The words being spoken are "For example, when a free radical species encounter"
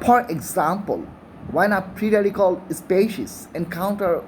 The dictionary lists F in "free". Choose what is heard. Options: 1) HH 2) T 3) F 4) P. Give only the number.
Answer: 4